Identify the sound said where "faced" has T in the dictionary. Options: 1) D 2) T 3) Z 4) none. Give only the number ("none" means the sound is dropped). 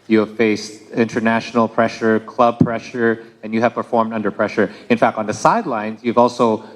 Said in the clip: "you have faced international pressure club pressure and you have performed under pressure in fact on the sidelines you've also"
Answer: 2